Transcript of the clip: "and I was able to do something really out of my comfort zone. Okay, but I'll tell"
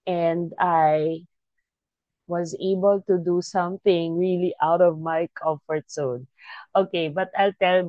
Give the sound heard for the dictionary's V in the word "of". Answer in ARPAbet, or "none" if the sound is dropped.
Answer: V